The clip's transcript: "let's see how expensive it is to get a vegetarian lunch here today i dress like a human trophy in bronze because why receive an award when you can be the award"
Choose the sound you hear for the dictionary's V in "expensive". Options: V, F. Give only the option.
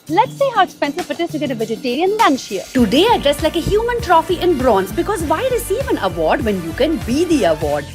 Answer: F